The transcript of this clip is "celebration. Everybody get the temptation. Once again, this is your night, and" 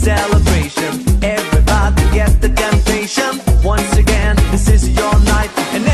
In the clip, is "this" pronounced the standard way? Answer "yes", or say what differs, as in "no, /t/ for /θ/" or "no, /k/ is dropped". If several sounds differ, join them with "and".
yes